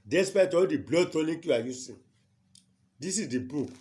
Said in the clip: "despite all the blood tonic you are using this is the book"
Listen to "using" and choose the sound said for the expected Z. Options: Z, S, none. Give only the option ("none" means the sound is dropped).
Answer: S